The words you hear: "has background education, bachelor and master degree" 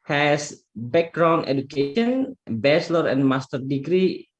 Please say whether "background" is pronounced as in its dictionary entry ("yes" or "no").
no